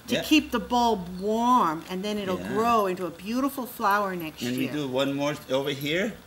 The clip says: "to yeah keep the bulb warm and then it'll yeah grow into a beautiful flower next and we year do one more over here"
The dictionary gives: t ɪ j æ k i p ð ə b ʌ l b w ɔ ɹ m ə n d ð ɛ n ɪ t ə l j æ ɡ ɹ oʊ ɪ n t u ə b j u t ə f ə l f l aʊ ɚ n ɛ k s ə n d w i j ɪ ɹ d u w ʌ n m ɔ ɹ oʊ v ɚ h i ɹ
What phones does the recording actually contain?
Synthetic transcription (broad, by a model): t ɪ k i p ð ə b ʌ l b w ɔ ɹ m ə n ð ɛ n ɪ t l ɡ ɹ oʊ ɪ n t u ə b j u t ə f l f l aʊ ɚ n ɛ k s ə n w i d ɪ w ʌ n m ɔ ɹ oʊ v ɚ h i ɹ